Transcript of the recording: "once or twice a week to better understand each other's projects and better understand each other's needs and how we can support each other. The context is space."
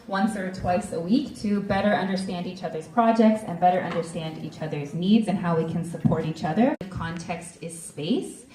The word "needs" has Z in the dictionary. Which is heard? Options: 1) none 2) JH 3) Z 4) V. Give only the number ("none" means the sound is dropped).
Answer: 3